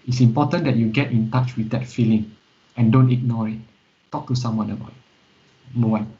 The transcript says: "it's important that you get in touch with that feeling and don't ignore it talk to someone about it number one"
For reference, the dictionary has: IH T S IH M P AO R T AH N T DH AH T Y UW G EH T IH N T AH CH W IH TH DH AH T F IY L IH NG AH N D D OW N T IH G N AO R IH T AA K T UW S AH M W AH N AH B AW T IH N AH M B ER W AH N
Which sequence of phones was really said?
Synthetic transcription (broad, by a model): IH T S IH M P AO T AH N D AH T Y UW G EH T IH N T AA CH W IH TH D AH T F IY L IH NG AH N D D OW N T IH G N AO R IH T AA K T UW S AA M W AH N AH B AW T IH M ER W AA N